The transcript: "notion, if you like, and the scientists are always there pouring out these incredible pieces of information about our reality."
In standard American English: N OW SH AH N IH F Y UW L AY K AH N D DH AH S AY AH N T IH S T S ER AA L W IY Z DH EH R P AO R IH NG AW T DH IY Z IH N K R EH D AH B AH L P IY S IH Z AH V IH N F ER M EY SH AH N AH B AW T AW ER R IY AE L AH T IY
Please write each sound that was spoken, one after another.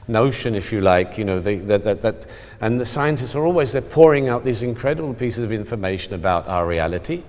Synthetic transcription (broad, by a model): N OW SH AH N IH F Y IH L AY K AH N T DH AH S AY AH N T IH S T S ER AA L W IY Z DH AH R P AO R IH NG AW T DH IY Z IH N K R EH D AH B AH L P IY S IH Z AH V IH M F ER M EY SH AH N AH B AW T AW ER R IY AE L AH T IY